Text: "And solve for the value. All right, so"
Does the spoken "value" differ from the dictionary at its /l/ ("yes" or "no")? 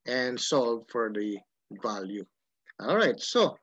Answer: no